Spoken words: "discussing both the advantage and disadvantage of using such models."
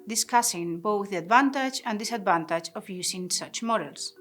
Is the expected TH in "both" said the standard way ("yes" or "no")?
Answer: yes